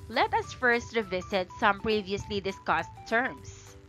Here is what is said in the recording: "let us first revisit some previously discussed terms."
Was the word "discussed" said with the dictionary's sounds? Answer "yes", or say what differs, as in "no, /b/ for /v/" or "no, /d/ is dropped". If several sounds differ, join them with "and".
yes